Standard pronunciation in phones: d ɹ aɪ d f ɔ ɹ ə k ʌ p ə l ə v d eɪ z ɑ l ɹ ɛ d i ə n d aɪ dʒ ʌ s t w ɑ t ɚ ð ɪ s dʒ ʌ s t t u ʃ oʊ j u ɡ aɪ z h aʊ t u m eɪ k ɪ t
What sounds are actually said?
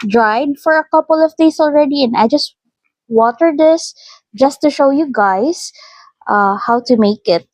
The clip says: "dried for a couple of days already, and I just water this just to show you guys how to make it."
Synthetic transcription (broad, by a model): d ɹ aɪ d f ɔ ɹ ə k ʌ p ə l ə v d eɪ s ɑ l ɹ ɛ d i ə n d aɪ dʒ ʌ s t w ɑ t ɚ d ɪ s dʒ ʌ s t t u ʃ oʊ j u ɡ aɪ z h aʊ t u m eɪ k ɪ t